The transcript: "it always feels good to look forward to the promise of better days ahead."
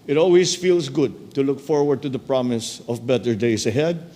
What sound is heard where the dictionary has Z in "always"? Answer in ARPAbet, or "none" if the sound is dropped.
S